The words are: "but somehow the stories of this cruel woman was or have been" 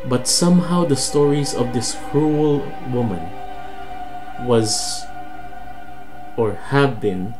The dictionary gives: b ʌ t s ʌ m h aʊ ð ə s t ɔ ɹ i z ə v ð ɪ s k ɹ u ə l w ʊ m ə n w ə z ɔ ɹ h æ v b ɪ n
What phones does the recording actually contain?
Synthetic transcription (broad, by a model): b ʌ t s ʌ m h aʊ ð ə s t ɔ ɹ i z ə v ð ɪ s k ɹ u ə l w ʊ m ə n w ə z ɔ ɹ h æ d b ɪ n